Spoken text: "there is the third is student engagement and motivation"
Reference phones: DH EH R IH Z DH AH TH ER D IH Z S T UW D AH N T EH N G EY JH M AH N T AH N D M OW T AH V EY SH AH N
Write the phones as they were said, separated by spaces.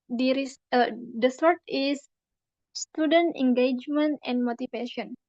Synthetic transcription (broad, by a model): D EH R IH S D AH S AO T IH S S T UW D AH N T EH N G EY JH M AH N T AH N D M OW T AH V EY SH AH N